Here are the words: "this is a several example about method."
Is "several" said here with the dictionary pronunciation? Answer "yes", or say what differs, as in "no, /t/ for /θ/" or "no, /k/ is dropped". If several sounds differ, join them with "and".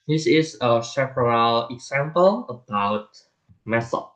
no, /p/ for /v/